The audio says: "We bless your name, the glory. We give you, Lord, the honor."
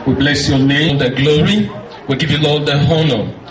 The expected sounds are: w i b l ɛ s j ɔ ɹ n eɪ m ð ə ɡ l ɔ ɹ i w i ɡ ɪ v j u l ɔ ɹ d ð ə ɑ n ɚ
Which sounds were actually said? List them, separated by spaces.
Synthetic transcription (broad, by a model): w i b l ɛ s j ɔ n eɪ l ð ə ɡ l ɔ ɹ i w i ɡ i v j u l ɔ l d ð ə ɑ n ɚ